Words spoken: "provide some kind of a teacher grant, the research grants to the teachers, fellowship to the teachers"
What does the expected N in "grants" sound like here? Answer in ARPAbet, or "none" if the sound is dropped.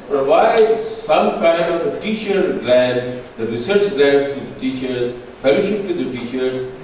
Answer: none